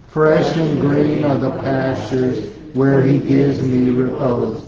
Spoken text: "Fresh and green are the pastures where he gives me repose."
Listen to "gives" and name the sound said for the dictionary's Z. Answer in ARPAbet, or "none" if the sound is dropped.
Z